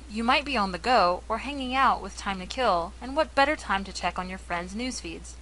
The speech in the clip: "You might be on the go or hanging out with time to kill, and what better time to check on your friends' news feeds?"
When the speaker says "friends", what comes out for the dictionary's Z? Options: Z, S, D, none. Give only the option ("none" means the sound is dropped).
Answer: Z